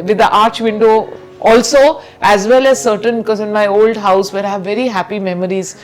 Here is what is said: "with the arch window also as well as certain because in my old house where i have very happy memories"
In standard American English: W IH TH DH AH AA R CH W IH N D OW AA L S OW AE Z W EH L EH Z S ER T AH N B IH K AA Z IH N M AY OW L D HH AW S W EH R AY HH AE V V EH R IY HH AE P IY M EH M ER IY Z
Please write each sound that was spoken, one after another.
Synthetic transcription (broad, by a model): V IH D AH AA R CH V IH N D OW AA L S OW AE Z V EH L EH Z S ER T AH N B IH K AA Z IH N M AY OW L D HH AW S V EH R AY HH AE V V EH R IY HH AE P IY M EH M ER IY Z